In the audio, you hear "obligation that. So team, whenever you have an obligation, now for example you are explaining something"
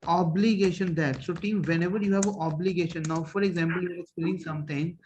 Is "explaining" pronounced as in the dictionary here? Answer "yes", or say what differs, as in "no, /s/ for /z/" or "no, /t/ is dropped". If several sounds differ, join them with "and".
no, /l/ is dropped and /l/ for /n/